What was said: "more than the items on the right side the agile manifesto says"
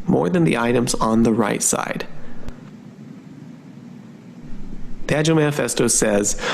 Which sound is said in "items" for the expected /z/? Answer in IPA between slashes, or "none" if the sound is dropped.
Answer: /z/